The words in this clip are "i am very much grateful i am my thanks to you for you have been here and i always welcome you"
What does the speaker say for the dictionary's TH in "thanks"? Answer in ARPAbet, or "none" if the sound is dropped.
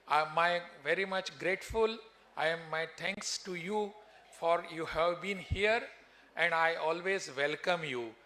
T